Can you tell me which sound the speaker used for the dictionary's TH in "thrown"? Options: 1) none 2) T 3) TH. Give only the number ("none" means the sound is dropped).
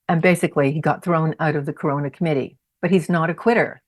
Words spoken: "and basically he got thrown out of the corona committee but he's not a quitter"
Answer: 3